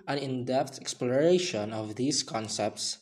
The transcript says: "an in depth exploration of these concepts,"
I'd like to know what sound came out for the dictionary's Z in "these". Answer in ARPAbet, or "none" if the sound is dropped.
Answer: S